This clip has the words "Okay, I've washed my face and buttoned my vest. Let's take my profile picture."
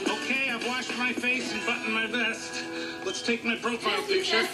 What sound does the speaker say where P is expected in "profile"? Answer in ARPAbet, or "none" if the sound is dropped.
B